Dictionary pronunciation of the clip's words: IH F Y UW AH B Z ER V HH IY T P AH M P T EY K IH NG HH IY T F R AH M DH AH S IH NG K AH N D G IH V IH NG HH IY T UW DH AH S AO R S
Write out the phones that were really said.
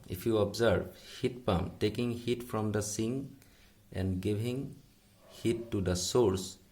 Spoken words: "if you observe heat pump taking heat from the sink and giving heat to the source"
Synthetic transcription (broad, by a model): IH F Y UW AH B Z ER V HH IY T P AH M T EY K IH NG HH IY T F R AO M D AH S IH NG AH N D G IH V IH NG HH IY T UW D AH S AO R S